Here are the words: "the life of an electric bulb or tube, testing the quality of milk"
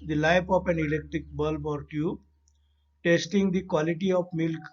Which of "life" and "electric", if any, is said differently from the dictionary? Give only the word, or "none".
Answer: life